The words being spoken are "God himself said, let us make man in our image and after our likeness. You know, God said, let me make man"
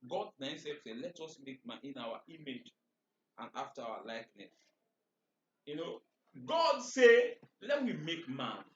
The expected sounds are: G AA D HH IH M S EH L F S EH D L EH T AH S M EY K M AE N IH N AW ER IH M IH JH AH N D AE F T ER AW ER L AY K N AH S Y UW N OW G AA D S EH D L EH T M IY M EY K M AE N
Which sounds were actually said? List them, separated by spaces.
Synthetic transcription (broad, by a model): G AA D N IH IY S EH F S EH L EH T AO S M EY K M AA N IH N AW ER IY M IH JH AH N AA F T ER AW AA L AY K N AH S Y UW N OW G AA D S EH L EH T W IY M EY K M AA N